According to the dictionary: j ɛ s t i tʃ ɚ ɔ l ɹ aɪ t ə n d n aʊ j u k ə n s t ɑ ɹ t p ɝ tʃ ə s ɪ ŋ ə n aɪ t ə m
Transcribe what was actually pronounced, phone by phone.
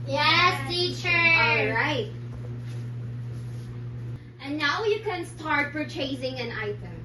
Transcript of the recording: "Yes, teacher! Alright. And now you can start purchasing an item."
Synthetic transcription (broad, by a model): j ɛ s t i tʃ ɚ ɔ l ɹ aɪ t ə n n aʊ j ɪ k ə n s t ɑ ɹ t f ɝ tʃ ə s ɪ ŋ ə n aɪ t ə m